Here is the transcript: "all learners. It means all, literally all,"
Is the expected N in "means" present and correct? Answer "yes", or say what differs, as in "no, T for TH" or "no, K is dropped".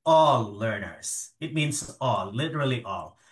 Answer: yes